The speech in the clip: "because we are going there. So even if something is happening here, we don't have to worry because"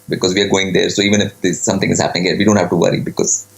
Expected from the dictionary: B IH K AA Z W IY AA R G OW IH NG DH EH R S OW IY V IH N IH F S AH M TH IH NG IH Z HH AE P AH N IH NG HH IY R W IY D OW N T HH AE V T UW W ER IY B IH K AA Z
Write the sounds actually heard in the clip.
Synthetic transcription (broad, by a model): B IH K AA Z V IY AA R G OW IH NG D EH R S OW IY V IH N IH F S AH M T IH NG IH Z HH AE P AH N IH NG HH IY R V IY D OW N T HH AE V T UW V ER IY B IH K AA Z